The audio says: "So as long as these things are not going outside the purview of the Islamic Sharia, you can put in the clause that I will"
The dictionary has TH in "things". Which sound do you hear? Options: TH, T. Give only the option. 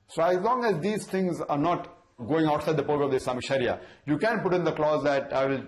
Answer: T